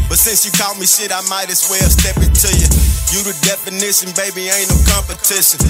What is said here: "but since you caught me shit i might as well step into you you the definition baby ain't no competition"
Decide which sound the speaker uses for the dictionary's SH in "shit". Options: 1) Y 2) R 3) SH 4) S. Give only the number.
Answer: 4